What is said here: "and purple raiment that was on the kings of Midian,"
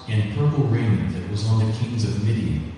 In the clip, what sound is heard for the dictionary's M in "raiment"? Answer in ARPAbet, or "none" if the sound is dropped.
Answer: none